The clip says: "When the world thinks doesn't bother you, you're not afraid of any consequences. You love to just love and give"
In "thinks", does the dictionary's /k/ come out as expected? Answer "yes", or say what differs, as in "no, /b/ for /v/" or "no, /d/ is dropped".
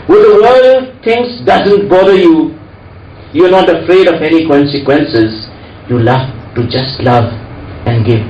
no, /k/ is dropped